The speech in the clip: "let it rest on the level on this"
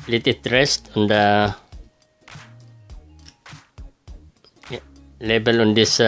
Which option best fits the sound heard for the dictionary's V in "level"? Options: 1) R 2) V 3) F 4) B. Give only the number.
4